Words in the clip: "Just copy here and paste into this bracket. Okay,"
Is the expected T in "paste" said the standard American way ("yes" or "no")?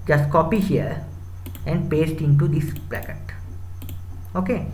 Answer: yes